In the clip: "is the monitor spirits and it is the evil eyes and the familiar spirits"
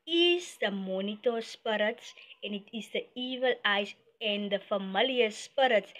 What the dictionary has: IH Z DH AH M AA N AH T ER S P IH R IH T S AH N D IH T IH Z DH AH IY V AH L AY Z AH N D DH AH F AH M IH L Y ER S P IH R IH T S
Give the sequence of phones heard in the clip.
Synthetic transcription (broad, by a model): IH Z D AH M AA N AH T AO S P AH R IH T S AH N IH T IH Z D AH IY V AH L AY S AH N D AH F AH M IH L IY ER S P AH R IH T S